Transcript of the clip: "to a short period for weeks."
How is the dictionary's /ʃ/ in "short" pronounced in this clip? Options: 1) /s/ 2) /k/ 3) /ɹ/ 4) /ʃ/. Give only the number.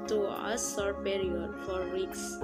1